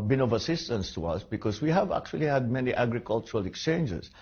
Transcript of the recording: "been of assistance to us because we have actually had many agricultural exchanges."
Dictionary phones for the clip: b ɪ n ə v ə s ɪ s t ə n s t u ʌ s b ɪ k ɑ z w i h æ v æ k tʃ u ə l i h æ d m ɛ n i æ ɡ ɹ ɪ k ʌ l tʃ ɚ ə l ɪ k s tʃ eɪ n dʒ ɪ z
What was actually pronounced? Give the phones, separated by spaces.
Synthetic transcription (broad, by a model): b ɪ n ə v ə s ɪ s t ə n s t u ʌ s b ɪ k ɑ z w i h æ v æ k tʃ u ə l i h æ d m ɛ n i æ ɡ ɹ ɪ k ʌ l tʃ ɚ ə l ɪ k s tʃ eɪ n dʒ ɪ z